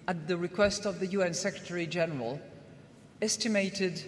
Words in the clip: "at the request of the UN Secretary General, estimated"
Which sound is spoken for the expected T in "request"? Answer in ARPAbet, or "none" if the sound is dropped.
T